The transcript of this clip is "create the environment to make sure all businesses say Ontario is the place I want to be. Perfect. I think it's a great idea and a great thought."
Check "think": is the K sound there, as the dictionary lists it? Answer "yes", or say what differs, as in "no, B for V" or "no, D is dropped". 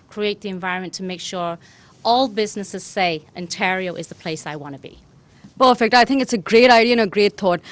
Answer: yes